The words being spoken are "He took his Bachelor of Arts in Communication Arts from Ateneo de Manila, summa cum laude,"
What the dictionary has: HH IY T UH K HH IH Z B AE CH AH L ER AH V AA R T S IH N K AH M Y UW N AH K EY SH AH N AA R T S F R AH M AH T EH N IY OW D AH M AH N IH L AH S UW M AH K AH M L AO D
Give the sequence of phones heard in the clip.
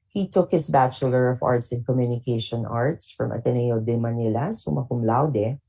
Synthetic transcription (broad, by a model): HH IY T UH K HH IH S B AE CH AH L ER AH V AA R T S IH N K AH M Y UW N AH K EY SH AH N AA R T S F R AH M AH T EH N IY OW D AH M AH N IH L AH S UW M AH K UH M L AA D